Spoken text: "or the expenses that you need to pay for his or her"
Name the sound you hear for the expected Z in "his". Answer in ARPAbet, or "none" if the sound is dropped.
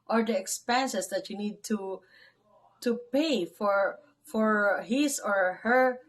S